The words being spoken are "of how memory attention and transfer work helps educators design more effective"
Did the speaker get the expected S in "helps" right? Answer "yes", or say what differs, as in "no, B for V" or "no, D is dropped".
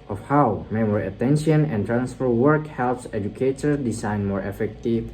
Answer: yes